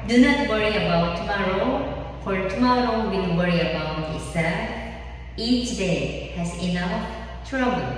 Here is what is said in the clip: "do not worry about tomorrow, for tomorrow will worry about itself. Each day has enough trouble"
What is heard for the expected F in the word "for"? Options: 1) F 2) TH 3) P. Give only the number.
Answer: 3